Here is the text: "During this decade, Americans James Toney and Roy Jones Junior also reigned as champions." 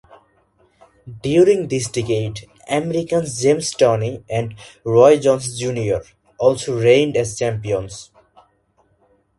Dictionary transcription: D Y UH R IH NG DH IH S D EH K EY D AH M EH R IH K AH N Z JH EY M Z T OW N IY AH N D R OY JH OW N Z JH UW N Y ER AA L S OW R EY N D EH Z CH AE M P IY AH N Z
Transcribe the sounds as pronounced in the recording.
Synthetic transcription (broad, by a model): D Y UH R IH NG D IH S D EH K EY D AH M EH R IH K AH N S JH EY M S T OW N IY AH N D R OY JH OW N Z JH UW N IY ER AA L S OW R EY N D EH Z CH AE M P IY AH N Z